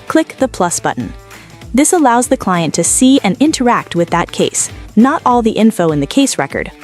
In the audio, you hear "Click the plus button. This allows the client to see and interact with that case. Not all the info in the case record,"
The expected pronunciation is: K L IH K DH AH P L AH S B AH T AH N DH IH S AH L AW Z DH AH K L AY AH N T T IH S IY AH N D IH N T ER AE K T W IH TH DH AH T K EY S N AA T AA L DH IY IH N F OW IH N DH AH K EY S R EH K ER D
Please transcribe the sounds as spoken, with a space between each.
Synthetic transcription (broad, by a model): K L IH K DH AH P L AH S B AH T N DH IH S AH L AW Z DH AH K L AY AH N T T IH S IY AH N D IH N T ER AE K T W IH DH AH T K EY S N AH T AA L DH IY IH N F OW IH N DH AH K EY S R EH K ER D